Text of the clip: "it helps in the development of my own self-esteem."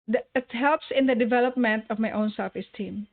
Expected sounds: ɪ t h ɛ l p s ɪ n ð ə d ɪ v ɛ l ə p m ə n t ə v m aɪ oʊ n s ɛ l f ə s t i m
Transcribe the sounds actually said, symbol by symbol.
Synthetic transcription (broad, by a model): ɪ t h ɛ l p s ɪ n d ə d ɪ v ɛ l ə p m ə n t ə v m aɪ oʊ n s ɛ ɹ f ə s t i m